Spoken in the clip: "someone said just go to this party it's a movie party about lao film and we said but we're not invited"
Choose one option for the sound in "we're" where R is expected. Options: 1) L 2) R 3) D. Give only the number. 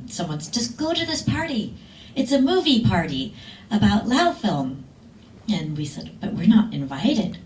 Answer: 2